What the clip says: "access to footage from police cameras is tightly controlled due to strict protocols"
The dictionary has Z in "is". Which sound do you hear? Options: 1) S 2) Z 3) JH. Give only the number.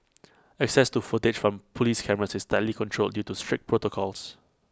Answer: 1